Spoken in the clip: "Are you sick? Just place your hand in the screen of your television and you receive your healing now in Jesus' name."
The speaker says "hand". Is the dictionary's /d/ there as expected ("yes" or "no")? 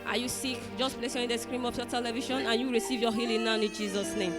no